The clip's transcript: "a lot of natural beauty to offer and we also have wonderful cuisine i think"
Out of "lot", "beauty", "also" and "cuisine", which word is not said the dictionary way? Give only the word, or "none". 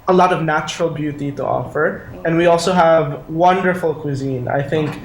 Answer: none